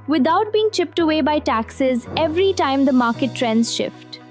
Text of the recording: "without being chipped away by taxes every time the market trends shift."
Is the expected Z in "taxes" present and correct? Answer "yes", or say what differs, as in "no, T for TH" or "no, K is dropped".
yes